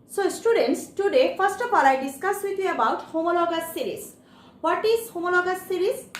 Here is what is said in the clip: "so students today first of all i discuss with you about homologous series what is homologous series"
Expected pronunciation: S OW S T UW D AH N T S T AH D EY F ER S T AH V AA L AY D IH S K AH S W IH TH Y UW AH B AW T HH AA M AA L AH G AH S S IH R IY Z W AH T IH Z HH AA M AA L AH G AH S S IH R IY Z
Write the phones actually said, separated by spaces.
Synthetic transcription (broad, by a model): S OW S T UW D AH N T S T AH D EY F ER S T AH P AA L AY D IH S K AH S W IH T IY AH B AW T HH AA M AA L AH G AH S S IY R IY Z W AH T IH Z HH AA M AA L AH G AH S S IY R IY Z